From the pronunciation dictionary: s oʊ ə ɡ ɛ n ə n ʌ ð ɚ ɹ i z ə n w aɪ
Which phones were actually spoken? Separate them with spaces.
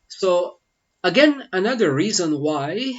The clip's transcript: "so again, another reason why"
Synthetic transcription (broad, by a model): s oʊ ə ɡ ɛ n ə n ʌ ð ɚ ɹ i z ə n w aɪ